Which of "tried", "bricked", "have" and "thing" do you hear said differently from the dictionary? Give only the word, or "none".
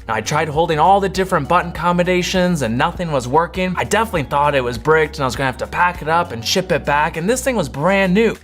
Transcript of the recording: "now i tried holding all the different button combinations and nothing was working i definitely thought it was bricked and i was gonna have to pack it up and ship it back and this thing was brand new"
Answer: have